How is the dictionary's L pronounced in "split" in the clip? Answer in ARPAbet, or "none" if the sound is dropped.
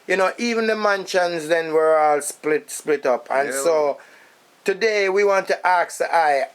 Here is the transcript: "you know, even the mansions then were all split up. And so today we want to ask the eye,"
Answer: L